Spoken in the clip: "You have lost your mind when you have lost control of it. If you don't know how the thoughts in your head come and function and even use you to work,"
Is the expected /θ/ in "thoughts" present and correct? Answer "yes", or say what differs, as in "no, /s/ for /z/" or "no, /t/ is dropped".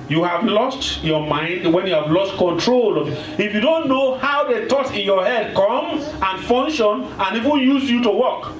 no, /t/ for /θ/